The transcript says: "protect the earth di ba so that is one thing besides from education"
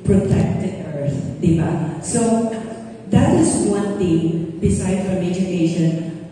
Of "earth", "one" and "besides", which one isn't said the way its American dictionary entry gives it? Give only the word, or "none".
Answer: besides